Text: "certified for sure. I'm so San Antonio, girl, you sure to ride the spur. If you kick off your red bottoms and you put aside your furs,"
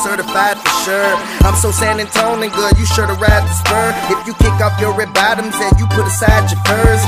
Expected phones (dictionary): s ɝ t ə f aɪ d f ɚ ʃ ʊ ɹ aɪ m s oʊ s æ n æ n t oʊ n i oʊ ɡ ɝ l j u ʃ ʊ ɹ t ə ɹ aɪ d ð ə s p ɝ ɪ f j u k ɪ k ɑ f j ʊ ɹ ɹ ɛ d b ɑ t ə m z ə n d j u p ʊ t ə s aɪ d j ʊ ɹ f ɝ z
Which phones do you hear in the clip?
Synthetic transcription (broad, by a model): s ɝ t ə f aɪ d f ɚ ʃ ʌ ɹ aɪ m s oʊ s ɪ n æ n t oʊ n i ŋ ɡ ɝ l j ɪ ʃ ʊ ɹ t ə ɹ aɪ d ð ə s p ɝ ɪ f j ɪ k ɪ k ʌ p j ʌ ɹ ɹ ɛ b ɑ t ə m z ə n j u p ʊ t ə s aɪ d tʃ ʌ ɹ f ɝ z